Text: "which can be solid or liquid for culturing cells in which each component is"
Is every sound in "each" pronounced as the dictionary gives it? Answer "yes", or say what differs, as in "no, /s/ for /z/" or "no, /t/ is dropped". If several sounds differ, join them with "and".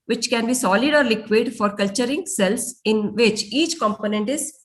yes